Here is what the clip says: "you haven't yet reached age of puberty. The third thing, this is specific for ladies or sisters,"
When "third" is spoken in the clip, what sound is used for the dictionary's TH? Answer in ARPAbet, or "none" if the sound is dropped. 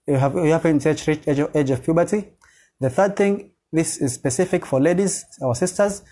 TH